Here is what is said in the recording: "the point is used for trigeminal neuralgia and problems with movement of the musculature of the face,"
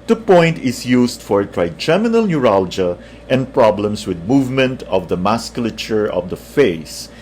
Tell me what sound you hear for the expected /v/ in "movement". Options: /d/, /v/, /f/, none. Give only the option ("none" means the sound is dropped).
/v/